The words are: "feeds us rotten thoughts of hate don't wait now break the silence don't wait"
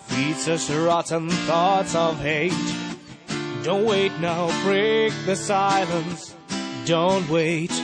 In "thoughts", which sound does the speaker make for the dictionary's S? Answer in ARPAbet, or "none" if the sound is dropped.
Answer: S